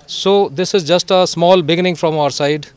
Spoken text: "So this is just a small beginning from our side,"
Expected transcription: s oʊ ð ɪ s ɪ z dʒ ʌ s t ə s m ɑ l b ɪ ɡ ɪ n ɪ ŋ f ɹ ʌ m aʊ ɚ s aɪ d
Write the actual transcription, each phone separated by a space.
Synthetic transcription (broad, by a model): s oʊ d ɪ s ɪ z dʒ ʌ s t ə s m ɑ l b ɪ ɡ ɪ n ɪ ŋ f ɹ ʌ m aʊ ɚ s aɪ d